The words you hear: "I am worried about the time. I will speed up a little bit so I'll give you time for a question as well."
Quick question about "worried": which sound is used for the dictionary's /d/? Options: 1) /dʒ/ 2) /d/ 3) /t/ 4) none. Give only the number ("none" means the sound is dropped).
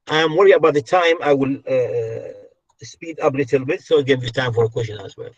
4